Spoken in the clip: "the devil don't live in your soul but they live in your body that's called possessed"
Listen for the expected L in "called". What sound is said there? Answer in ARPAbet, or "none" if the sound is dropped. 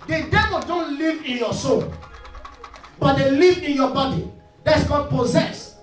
none